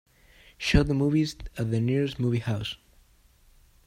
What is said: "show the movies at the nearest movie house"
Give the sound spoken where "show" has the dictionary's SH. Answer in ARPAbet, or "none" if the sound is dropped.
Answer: SH